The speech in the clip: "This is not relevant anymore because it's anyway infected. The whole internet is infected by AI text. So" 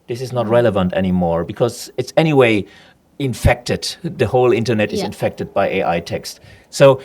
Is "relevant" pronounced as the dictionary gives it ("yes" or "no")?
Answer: yes